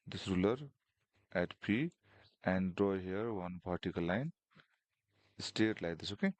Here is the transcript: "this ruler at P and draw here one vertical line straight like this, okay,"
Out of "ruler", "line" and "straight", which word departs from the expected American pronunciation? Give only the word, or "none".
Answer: straight